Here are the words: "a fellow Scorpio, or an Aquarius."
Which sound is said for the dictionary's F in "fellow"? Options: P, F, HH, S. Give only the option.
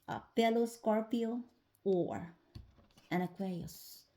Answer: P